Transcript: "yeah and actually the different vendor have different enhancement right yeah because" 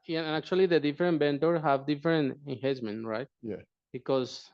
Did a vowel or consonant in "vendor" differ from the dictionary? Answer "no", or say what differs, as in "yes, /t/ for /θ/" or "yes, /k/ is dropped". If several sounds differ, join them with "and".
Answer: yes, /b/ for /v/